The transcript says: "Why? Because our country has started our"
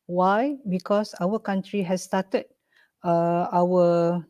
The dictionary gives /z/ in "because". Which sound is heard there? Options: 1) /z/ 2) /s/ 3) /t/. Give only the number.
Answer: 2